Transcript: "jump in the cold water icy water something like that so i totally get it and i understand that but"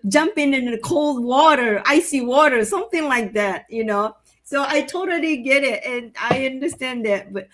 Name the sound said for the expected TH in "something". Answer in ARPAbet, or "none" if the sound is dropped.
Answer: TH